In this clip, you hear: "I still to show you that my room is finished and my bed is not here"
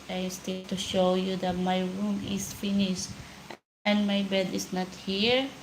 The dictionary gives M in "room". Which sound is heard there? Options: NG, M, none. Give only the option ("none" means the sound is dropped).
M